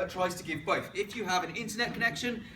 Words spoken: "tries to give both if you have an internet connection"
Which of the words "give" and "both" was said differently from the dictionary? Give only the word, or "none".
none